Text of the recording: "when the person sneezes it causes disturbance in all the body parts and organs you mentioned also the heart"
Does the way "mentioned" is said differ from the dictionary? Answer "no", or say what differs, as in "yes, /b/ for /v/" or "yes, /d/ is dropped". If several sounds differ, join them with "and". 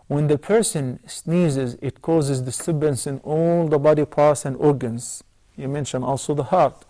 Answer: yes, /d/ is dropped